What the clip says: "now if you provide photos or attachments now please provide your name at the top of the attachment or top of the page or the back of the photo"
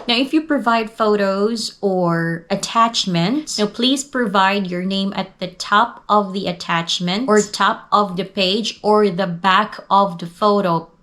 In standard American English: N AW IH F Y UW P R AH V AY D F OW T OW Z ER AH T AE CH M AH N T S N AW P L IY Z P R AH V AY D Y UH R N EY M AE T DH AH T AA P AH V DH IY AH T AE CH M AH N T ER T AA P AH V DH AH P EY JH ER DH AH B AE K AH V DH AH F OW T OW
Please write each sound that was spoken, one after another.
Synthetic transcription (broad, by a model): N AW IH F Y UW P R AH V AY D F OW T OW Z ER AH T AE CH M AH N T S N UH P L IY Z P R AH V AY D Y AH R N EY M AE T DH AH T AA P AH V DH IY AH T AE CH M AH N T ER T AA P AH V DH AH P EY JH ER DH AH B AE K AH V DH AH F OW T OW